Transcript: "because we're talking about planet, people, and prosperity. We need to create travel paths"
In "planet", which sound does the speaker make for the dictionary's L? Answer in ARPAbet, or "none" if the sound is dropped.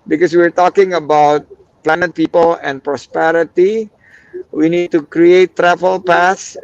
L